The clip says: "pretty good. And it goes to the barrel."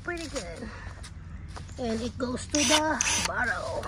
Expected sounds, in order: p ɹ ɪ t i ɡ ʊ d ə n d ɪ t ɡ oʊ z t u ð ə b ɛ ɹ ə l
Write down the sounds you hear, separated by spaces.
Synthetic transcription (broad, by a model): p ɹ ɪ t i ɡ ʊ d ə n d ɪ t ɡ oʊ s t u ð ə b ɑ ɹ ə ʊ